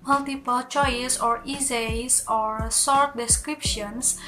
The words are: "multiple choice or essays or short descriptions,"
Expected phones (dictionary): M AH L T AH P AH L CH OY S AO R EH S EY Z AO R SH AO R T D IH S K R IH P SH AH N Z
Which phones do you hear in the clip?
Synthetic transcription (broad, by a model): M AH L T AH P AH L CH OY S AO R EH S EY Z AO R S AO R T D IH S K R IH P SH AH N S